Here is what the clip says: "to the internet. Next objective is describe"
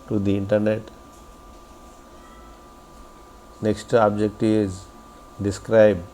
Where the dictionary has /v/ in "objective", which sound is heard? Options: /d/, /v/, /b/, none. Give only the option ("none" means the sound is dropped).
none